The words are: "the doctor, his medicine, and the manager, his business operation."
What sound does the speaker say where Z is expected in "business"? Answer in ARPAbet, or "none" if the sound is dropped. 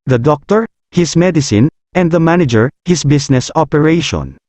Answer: S